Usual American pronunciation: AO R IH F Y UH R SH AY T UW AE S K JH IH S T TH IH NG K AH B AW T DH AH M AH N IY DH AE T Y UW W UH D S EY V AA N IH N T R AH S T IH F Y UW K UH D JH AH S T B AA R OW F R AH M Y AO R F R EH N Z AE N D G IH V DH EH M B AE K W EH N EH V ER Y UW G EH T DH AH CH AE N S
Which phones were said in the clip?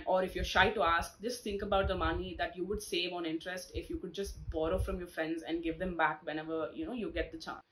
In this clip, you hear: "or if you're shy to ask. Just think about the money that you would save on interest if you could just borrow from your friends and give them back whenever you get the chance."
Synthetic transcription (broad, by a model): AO R IH F Y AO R SH AY T UW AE S K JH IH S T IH NG K AH B AW T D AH M AH N IY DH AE T Y UW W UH D S EY V AA N IH N T R AH S T IH F Y UW K UH D JH AH S T B AA R OW F R AH M Y AO R F R EH N Z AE N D G IH V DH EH M B AE K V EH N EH V ER Y UW G EH T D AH CH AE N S